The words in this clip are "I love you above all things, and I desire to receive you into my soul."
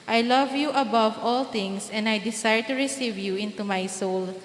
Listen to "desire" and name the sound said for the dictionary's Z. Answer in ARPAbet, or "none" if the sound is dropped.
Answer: S